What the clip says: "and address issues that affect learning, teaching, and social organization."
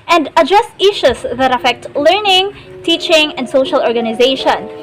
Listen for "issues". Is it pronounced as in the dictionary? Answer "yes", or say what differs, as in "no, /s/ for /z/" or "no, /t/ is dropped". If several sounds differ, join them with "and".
no, /s/ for /z/